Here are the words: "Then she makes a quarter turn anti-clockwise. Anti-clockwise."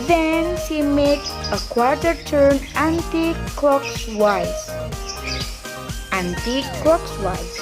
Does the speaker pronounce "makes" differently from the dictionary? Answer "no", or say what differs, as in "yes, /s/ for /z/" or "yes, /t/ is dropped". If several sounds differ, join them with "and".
yes, /s/ is dropped